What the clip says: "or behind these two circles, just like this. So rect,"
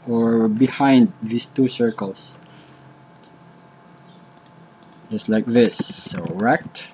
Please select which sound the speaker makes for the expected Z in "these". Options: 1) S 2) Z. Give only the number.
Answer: 1